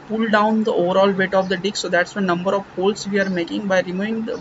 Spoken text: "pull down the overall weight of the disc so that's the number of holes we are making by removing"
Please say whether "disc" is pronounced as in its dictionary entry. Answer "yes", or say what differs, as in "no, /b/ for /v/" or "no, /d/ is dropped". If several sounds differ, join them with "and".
no, /s/ is dropped